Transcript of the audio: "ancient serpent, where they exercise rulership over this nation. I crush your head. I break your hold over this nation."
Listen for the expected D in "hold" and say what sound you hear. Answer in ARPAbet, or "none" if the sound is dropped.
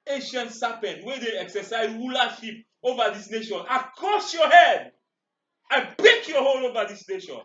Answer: none